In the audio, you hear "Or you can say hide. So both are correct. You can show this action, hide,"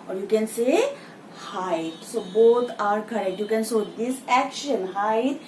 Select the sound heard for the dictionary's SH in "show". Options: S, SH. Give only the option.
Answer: S